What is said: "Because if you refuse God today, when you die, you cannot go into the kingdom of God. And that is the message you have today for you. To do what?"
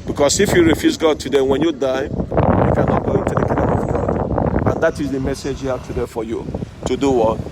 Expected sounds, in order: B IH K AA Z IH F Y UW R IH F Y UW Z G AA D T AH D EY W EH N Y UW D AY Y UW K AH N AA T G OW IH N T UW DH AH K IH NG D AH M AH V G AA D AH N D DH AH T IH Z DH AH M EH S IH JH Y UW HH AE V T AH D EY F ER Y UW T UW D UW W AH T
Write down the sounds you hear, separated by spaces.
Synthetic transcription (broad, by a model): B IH K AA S IH F Y UW R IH F Y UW S G AA D T AH D EY W EH N Y UW D AY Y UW K AH N AA T G OW IH N T UW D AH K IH D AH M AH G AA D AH N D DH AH T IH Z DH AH M EH S IH JH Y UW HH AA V T AH D EY F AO Y UW T UW D UW W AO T